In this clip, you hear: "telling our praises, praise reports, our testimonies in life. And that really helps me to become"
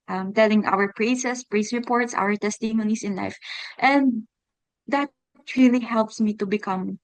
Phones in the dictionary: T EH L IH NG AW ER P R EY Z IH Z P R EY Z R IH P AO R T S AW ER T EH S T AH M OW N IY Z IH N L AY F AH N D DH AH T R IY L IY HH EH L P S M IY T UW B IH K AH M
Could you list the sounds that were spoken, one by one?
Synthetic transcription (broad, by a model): T EH L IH NG AW ER P R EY S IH S P R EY S R IH P AO R T S AW ER T EH S T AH M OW N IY S IH N L AY F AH N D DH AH T R IY L IY HH EH L P S M IY T UW B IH K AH M